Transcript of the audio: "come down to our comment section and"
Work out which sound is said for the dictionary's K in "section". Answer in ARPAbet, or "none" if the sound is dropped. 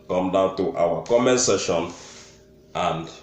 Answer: none